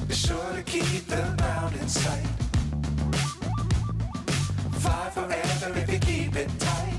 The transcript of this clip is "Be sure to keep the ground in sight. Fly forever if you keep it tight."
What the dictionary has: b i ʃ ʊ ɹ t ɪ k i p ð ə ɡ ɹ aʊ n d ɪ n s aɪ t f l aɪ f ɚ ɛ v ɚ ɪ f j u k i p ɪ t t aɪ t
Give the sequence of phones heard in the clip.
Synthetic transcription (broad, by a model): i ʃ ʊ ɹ t ɪ k i p ð ə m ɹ aʊ n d ɪ n s aɪ t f aɪ f ɚ ɛ v ɚ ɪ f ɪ k i p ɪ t t aɪ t